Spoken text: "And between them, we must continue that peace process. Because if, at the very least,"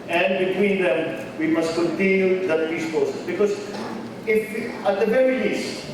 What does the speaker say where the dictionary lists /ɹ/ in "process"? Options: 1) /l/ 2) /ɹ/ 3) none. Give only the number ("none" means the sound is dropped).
3